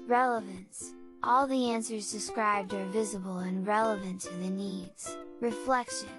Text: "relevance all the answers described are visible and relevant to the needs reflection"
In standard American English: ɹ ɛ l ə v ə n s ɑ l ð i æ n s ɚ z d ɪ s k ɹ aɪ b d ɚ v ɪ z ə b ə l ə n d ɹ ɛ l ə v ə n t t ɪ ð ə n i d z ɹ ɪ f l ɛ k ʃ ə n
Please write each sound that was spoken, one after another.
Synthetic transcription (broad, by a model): ɹ ɛ l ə v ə n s ɑ l ð i æ n s ɚ z d ɪ s k ɹ aɪ b d ɚ v ɪ z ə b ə l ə n ɹ ɛ l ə v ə n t t ɪ ð ə n i d z ɹ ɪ f l ɛ k ʃ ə n